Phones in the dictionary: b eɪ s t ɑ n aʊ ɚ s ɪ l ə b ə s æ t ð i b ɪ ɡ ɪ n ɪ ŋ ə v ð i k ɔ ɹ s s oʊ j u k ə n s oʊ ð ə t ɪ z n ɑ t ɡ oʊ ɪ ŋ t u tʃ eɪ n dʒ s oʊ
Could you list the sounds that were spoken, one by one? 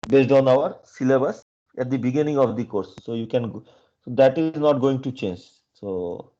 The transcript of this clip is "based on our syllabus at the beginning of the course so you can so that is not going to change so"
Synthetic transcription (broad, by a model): b eɪ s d ɑ n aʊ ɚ s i l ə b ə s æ t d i b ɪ ɡ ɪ n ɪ ŋ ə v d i k ɔ ɹ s s oʊ j u k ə n s oʊ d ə t ɪ z n ɑ t ɡ oʊ ɪ ŋ t u tʃ eɪ n dʒ s oʊ